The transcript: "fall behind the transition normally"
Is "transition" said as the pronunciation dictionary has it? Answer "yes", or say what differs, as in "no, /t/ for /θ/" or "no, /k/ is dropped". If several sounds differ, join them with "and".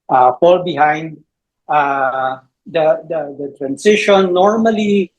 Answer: no, /s/ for /z/